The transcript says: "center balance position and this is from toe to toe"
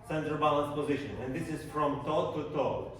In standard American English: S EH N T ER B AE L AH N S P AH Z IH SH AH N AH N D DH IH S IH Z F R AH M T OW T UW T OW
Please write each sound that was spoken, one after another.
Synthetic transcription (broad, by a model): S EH N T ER B AE L AH N S P AH Z IH SH AH N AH N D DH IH S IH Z F R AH M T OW T UW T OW